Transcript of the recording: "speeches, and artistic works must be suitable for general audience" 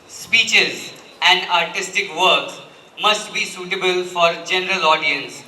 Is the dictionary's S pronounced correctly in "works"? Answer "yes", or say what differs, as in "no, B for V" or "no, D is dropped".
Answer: no, S is dropped